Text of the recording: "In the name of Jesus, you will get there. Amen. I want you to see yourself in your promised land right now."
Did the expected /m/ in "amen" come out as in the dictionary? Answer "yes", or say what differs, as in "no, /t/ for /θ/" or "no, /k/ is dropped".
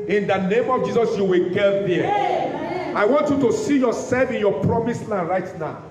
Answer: no, /m/ is dropped